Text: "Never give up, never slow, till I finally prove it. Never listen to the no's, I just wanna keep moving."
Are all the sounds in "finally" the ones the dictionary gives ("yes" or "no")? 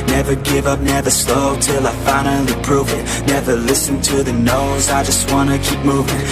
no